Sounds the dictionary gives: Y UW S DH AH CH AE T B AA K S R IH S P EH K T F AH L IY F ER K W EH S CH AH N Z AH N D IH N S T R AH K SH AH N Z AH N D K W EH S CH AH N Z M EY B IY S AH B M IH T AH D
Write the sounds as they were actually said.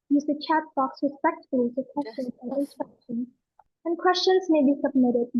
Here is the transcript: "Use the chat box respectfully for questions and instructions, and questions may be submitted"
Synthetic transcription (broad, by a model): Y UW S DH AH CH AE T B AA K S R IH S P EH K T F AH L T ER K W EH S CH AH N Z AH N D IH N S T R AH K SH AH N AH N K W EH S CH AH N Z M EY B IY S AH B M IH T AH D